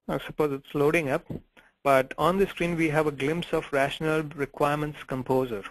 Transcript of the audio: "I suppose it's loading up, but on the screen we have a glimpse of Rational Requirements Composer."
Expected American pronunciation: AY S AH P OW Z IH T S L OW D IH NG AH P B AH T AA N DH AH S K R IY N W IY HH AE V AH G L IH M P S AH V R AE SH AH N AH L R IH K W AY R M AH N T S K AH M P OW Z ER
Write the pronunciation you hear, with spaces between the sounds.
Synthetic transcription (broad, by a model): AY S AH P OW Z IH T S L OW D IH NG AH P B AH T AA N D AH S K R IY N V IY HH AE V AH G L IH M P S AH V R AE SH AH N AH L R IH K W AY R M AH N T S K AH M P OW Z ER